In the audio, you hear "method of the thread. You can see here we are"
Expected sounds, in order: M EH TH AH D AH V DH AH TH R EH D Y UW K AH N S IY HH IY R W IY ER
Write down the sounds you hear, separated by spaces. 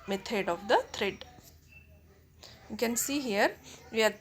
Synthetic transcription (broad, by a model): M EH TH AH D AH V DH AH T R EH D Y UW K AH N S IY HH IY R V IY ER